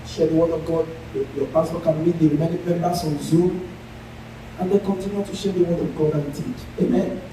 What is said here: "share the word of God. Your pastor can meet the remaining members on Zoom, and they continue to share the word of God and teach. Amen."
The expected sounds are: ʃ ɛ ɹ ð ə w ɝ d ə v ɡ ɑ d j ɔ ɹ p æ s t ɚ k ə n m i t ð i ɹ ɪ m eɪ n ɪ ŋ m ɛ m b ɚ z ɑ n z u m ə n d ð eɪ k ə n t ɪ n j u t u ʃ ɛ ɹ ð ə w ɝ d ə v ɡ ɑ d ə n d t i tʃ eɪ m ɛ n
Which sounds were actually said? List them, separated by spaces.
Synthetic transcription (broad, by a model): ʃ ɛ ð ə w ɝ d ə v ɡ ɑ d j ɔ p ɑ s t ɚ k ə n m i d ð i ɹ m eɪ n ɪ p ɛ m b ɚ s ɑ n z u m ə n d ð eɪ k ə n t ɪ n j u t u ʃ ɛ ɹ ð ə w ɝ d ə v ɡ ɑ d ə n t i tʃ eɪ m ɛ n